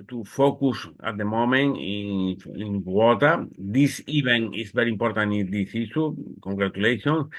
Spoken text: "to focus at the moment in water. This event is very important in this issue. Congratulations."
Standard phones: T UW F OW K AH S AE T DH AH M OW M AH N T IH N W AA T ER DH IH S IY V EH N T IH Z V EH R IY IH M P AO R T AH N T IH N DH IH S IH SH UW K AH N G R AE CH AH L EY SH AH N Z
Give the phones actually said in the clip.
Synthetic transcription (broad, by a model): T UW F OW K AH S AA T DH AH M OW M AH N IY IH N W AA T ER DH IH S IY B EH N IH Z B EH R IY M P AO R T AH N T IH N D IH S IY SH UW K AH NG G R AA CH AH L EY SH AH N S